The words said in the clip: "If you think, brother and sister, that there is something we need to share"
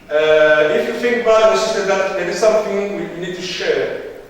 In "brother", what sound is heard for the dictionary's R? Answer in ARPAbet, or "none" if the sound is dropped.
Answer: none